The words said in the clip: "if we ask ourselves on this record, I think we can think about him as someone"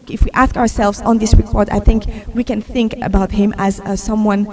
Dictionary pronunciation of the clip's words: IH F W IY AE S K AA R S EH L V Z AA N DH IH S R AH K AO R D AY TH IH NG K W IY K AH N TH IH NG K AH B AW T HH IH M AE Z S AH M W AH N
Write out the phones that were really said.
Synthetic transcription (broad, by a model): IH F W IY AE S K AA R S EH L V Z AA N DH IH S R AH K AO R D AY TH IH NG K W IY K AH N TH IH NG K AH B AW T HH IH M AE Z S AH M W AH N